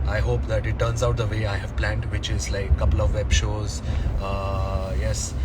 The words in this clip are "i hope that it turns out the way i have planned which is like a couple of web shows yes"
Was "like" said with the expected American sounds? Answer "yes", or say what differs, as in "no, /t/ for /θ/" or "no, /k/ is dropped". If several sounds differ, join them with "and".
no, /k/ is dropped